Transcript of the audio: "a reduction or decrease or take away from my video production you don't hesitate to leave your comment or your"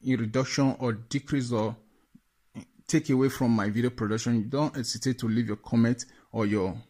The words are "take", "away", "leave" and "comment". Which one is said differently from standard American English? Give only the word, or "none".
none